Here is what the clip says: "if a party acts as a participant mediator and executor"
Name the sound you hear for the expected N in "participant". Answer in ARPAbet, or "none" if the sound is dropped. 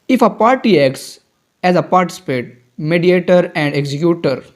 none